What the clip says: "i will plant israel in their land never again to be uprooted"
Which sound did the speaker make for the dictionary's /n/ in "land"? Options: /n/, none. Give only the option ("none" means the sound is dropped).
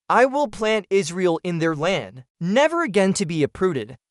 /n/